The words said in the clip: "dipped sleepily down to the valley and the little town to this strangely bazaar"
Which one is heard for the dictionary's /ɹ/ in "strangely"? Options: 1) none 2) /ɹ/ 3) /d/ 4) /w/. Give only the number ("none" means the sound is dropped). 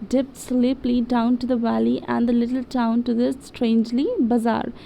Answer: 2